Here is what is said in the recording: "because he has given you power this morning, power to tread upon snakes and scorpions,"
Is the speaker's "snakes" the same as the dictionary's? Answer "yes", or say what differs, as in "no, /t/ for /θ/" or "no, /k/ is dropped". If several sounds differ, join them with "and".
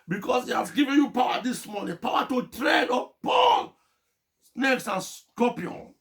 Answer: yes